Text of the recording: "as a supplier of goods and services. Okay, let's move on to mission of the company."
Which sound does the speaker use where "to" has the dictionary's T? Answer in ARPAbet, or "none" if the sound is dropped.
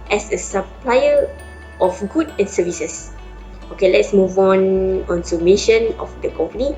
S